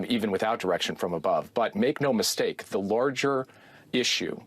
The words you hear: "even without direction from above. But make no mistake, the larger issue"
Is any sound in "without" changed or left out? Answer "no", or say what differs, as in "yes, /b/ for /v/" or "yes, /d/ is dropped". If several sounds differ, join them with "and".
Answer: no